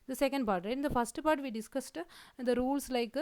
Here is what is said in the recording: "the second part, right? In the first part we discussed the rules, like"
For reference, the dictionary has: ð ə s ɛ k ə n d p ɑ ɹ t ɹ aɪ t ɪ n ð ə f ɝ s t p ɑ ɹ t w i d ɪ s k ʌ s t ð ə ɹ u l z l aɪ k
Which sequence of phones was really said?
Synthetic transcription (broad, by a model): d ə s ɛ k ə n d p ɑ ɹ t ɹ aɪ ɪ n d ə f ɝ s t p ɑ ɹ t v i d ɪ s k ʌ s t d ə ɹ u l s l aɪ k